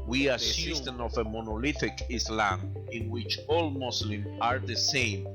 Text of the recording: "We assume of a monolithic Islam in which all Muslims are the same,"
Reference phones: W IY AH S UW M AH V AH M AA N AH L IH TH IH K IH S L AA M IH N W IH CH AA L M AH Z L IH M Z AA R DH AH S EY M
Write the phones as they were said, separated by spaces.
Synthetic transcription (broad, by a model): W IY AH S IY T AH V AH M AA N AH L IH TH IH K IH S L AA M IH N W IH CH AA L M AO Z L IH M AA R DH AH S EY M